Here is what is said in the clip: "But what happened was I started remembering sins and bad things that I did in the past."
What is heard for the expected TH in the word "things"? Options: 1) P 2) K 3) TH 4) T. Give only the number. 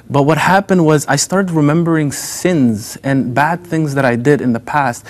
3